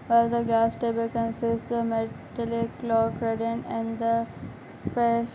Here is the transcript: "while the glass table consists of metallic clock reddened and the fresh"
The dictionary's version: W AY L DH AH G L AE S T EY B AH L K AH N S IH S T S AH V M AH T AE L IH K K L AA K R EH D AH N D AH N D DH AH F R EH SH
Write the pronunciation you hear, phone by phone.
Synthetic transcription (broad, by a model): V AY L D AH G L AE S T EY B AH L K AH N S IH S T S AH M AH T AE L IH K K L AA K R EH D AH N AH N D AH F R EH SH